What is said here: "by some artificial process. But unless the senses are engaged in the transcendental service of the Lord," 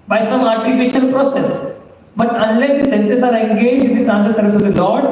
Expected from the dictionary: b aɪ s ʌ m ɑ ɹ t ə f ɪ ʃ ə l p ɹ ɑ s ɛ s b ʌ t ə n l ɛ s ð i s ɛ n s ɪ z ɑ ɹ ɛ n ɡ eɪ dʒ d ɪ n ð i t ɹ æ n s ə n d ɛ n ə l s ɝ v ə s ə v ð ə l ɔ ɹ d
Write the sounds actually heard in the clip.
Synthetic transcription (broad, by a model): b aɪ s ʌ m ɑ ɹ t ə p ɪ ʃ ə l p ɹ ɑ s ɛ s b ʌ t ə n l ɛ s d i s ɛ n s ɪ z ɑ ɹ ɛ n ɡ eɪ dʒ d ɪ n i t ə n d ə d s ɝ v ə s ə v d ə l ɔ ɹ d